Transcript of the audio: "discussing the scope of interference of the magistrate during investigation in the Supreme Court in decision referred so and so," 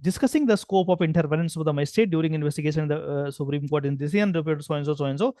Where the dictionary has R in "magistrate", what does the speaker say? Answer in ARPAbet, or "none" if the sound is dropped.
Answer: none